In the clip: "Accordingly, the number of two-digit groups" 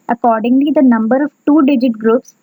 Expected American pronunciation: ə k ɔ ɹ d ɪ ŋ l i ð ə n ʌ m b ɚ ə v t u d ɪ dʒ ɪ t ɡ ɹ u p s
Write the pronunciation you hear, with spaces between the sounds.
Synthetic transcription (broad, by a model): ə k ɔ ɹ d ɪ ŋ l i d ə n ʌ m b ɚ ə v t u d ɪ dʒ ɪ t ɡ ɹ u p s